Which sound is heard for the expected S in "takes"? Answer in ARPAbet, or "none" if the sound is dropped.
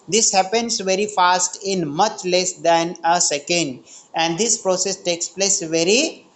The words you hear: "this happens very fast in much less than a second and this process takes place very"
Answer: S